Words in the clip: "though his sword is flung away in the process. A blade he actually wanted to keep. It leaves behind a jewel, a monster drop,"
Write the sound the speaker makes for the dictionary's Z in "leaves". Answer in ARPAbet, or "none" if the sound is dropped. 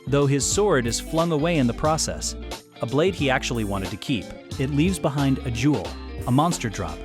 Z